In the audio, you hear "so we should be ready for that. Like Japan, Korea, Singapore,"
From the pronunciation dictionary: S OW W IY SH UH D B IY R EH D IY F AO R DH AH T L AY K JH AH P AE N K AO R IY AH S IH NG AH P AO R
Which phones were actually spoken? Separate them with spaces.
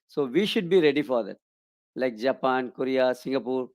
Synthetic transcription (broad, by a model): S OW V IY SH UH D B IY R EH D IY F AO R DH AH T L AY K JH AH P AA N K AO R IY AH S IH NG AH P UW R